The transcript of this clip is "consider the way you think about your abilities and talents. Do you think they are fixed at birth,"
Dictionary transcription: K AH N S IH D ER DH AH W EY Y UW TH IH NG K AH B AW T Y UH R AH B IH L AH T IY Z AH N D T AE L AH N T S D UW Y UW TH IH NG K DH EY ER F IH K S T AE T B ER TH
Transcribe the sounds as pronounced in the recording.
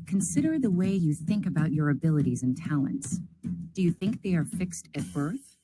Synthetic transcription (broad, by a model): K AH N S IH D ER DH AH W EY Y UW TH IH NG K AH B AW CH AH R AH B IH L AH T IY Z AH N T AE L AH N T S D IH Y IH TH IH NG K DH EY ER F IH K S T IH T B ER TH